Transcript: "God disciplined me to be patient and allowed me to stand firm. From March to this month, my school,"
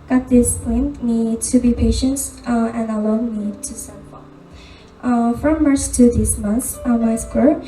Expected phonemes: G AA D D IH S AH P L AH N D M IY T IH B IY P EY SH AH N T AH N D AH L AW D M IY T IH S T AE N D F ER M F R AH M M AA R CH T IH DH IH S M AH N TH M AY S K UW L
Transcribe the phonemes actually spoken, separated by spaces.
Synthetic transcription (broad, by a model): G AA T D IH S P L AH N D M IY T IH B IY P EY SH AH N T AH N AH L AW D M IY T IH S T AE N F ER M F R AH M M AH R S T IH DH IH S M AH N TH M AY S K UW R